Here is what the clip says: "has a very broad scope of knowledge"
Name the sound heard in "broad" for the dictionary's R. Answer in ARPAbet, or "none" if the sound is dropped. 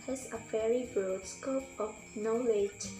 none